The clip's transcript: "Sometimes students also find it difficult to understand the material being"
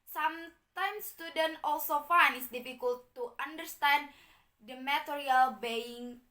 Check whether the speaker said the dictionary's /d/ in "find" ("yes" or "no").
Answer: no